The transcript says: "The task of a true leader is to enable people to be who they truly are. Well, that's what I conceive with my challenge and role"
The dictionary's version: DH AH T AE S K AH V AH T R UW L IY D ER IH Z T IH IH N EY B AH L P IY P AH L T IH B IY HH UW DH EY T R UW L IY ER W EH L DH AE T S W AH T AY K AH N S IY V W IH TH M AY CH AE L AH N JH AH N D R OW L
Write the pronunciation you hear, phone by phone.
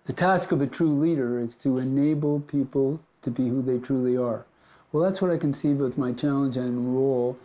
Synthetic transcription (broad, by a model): DH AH T AE S K AH V AH T R UW L IY D ER IH Z T IH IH N EY B L P IY P L T IH B IY HH UW DH EY T R UW L IY ER W EH L DH AE T S W AH T AY K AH N S IY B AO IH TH M AY CH AE L AH N JH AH N R OW L